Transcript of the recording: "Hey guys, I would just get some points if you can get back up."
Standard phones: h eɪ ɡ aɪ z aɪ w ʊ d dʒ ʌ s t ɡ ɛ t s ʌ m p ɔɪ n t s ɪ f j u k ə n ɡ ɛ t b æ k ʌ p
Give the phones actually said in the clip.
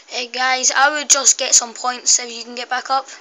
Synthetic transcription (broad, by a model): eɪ ɡ aɪ z aɪ w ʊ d dʒ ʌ s ɡ ɛ t s ʌ m p ɔɪ n t s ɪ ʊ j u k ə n ɡ ɛ t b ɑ k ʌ p